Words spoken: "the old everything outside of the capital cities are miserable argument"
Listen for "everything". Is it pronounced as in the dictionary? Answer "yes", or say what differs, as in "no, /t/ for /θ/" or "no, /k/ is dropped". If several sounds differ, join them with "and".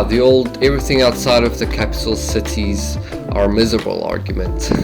yes